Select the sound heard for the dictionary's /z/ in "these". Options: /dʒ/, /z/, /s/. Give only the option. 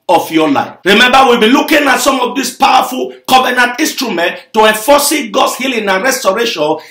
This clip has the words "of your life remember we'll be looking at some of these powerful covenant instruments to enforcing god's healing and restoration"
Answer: /s/